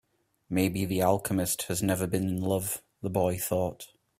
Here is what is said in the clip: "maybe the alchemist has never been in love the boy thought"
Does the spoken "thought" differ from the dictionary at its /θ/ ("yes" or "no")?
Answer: no